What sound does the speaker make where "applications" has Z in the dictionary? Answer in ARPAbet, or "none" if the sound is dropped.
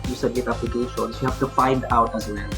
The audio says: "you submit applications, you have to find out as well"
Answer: S